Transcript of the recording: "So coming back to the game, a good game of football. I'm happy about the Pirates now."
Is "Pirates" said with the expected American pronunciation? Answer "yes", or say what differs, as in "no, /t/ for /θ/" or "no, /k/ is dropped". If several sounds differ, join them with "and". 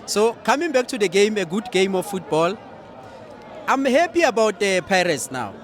yes